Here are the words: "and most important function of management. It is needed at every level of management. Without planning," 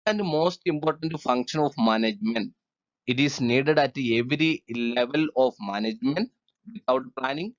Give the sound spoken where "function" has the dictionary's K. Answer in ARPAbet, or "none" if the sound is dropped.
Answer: K